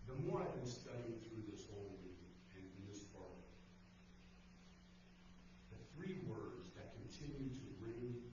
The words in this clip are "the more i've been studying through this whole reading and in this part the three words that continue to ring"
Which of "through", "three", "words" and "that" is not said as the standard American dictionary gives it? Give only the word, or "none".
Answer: none